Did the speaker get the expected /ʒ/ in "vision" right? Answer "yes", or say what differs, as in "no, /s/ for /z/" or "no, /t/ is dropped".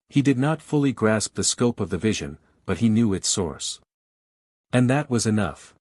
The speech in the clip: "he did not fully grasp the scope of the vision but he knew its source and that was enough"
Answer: yes